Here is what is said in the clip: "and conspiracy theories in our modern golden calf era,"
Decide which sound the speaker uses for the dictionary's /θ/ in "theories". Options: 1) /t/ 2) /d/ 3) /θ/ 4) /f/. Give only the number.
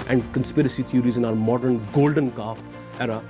1